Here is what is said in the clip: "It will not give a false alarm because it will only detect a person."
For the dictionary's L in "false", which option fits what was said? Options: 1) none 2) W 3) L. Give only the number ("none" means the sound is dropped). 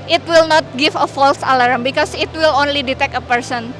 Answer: 3